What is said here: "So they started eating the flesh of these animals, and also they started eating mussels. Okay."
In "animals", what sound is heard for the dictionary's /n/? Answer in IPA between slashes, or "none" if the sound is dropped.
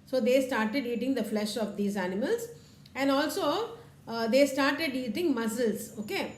/n/